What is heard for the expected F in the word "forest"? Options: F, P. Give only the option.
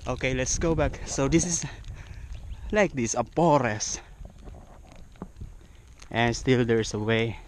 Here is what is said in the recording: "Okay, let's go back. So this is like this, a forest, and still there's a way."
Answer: P